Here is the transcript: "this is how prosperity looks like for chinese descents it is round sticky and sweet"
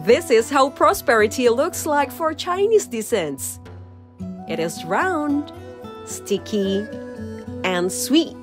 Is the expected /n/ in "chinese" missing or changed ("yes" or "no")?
no